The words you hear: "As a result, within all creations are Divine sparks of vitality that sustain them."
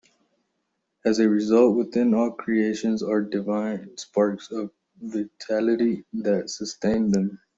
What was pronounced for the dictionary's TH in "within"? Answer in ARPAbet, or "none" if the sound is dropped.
T